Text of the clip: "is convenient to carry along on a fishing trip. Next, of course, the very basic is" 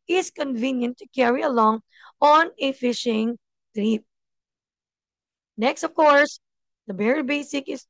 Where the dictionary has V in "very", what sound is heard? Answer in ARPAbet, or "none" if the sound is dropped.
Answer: B